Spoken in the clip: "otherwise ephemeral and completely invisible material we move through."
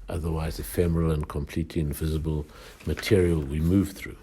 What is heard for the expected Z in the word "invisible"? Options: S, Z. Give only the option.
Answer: Z